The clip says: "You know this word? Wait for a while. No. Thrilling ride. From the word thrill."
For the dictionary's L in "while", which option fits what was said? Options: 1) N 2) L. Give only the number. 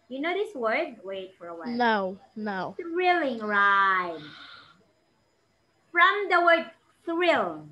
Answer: 1